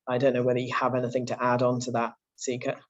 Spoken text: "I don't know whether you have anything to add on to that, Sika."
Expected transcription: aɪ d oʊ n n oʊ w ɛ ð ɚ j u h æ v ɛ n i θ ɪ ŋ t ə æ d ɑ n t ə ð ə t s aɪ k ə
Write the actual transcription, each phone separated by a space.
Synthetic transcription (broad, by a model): aɪ d oʊ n n oʊ w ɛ ð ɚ j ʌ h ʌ v ɛ n i θ ɪ ŋ t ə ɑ d n t ə ð ə t s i k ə